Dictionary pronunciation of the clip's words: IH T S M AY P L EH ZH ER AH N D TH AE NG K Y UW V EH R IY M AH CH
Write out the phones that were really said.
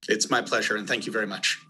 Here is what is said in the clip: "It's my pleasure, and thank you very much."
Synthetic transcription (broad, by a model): IH T S M AY P L EH ZH ER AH N TH AE NG K Y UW V EH R IY M AH CH